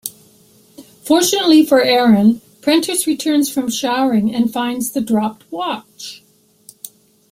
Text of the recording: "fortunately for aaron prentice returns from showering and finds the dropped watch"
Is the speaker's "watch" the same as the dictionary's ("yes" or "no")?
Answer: yes